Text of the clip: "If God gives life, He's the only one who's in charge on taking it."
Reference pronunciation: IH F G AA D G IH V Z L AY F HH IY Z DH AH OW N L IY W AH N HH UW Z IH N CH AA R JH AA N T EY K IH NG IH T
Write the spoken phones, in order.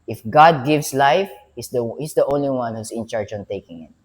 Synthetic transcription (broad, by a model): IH F G AA D G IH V S L AY F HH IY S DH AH OW N L IY W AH N HH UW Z IH N CH AA R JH AA N T EY K IH NG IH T